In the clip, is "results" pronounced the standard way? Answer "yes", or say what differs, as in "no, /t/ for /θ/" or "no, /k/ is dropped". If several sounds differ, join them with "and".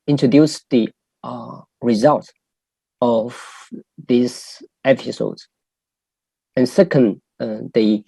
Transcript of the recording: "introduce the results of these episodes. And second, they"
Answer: no, /s/ is dropped